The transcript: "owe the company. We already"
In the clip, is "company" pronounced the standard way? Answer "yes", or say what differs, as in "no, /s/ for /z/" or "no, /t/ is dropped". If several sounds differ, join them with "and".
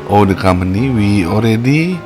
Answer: no, /p/ is dropped